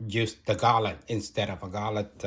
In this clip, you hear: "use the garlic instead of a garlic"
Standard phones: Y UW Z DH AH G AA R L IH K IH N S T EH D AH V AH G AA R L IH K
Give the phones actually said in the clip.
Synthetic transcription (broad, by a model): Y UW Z DH AH G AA L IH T IH N S T EH D AH V AH G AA L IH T